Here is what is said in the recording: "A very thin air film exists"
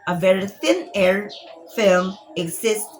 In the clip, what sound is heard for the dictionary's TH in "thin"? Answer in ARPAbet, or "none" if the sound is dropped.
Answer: TH